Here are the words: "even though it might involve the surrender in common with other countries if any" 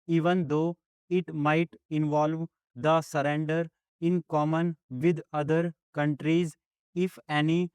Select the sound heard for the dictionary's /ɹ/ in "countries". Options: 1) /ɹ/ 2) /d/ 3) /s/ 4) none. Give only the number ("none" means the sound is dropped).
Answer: 1